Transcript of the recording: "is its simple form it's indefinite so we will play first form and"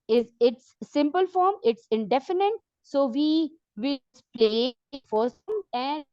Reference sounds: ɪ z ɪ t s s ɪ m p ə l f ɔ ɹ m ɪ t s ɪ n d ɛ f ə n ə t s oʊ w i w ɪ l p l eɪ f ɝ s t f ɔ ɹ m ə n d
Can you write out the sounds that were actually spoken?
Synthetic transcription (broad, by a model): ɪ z ɪ t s s ɪ m p ə l f ɔ ɹ m ɪ t s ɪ n d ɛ f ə n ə t s oʊ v i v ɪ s p l eɪ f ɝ t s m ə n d